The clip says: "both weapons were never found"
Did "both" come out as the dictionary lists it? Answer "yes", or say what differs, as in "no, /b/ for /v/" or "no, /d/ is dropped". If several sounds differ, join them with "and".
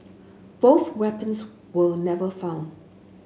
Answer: yes